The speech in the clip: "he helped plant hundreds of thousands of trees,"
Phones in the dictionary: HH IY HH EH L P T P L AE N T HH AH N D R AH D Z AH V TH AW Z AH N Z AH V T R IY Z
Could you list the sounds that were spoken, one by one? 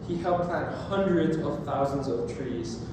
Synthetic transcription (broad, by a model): HH IY HH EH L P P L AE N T HH AH N D R AH D Z AH V TH AW Z AH N Z AH V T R IY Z